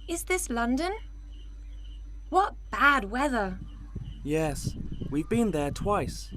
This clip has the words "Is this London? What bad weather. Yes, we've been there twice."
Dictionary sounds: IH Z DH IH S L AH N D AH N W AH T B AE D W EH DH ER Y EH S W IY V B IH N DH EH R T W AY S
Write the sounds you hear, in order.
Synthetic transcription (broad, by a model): IH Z DH IH S L AH N D AH N W AH T B AE D W EH DH ER Y EH S W IY V B IH N DH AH R T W AY S